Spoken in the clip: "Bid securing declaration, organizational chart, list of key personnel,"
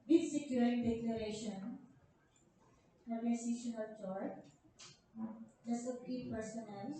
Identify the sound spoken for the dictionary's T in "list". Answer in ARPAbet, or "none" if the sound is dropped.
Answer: none